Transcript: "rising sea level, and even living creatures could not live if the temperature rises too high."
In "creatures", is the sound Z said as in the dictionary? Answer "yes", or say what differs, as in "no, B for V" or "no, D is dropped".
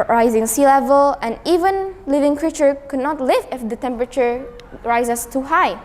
no, Z is dropped